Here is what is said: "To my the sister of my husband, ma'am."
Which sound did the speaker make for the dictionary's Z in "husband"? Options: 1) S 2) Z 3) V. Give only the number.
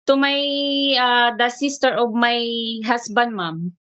1